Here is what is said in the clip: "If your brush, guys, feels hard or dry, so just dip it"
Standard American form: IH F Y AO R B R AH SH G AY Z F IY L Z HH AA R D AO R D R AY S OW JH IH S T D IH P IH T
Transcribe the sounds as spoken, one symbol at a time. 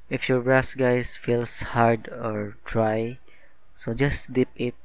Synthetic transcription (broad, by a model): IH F Y AO R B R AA S G AY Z F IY L S HH AA R D AO R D R AY S OW JH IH S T D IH P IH T